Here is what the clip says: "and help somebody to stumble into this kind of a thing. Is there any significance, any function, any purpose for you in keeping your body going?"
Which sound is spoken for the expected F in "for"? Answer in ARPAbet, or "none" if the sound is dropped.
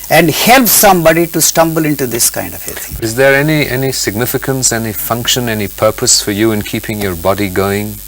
F